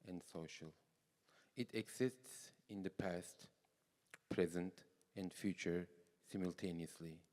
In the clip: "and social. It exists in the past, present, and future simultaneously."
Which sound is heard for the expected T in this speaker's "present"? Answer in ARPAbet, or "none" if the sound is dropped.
T